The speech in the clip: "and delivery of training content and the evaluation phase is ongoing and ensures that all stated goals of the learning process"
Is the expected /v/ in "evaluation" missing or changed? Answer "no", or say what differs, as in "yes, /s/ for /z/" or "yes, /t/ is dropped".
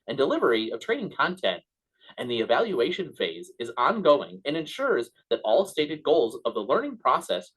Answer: no